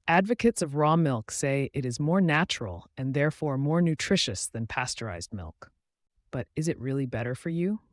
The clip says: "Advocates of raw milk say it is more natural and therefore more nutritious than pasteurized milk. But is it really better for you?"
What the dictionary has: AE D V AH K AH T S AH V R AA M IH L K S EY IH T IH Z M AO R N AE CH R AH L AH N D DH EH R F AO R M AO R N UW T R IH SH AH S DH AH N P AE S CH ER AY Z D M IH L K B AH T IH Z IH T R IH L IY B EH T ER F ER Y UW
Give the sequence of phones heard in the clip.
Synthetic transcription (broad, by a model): AE D V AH K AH T S AH V R AA M IH L K S EY IH T IH Z M AO R N AE CH R L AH N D DH EH R F AO R M AO R N UW T R IH SH AH S DH AH N P AE S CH ER AY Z D M IH L K B AH T IH Z IH T R IH L IY B EH T ER F ER Y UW